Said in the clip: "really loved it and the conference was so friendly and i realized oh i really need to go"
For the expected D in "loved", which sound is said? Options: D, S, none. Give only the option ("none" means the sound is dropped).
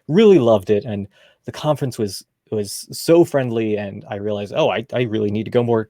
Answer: D